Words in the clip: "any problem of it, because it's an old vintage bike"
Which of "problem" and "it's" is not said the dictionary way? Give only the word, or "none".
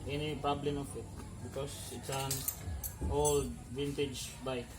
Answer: problem